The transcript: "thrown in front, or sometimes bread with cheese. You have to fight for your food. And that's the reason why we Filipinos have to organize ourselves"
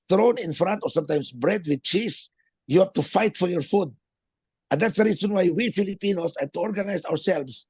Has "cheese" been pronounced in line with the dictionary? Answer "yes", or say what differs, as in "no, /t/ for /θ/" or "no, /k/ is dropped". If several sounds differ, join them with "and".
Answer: no, /s/ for /z/